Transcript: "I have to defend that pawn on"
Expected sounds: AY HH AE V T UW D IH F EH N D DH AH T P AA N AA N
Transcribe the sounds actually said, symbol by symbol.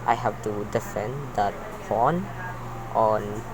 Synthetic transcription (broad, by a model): AY HH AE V T UW D IH F EH N D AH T F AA N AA N